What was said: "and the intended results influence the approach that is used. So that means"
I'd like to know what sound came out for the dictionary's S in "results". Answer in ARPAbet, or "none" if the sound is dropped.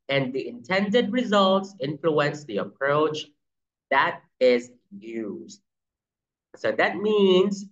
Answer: S